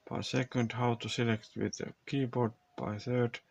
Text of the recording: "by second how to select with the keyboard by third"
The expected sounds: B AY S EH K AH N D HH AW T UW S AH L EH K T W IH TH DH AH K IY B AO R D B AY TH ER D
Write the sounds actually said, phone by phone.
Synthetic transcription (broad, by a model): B AY S EH K AH N D HH AW T UW S AH L EH K T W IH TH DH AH K IY B AO R D B AY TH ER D